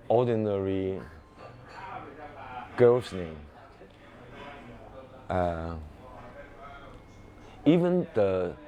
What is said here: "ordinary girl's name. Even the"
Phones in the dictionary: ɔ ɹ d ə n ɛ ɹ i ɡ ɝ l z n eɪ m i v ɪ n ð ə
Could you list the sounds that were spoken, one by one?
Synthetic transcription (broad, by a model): ɔ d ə n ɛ ɹ i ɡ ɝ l s n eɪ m i v ɪ n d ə